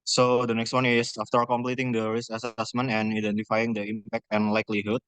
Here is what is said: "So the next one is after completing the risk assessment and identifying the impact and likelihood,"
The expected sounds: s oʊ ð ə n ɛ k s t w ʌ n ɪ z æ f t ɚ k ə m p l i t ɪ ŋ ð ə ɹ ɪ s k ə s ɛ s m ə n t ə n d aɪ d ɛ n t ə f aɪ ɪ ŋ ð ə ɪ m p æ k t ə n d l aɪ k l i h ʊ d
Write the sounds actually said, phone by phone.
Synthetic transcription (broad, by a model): s oʊ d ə n ɛ k s t w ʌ n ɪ s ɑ f t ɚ k ə m p l i t ɪ ŋ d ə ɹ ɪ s ə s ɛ s m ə n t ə n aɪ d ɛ n t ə f aɪ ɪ ŋ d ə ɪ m p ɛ k t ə n l aɪ k l i h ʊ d